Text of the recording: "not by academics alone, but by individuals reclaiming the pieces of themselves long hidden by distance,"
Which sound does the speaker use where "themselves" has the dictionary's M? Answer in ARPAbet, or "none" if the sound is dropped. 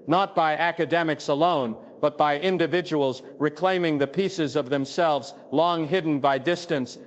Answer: M